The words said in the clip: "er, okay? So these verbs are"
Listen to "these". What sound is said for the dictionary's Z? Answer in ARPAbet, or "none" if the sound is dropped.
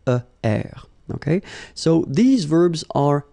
Z